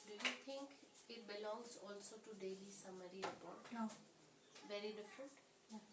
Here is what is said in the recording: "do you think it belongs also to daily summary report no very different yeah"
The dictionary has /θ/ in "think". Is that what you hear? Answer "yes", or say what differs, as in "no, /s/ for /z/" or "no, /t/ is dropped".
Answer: no, /t/ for /θ/